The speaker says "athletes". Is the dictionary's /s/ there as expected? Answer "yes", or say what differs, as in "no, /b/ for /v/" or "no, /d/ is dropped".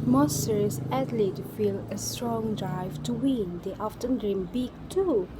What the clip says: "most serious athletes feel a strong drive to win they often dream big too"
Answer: no, /s/ is dropped